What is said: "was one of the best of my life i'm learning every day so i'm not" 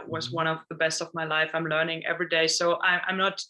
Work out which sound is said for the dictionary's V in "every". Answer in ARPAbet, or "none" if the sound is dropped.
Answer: V